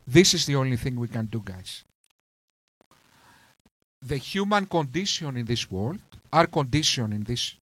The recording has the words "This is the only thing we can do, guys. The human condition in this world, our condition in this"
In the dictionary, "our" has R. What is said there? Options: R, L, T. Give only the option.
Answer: R